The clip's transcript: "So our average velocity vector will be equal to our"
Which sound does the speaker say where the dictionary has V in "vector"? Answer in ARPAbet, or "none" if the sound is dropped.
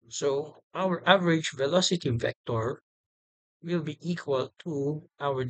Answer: F